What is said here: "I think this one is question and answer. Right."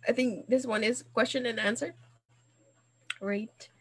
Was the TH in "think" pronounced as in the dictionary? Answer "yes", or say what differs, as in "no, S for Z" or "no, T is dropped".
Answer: yes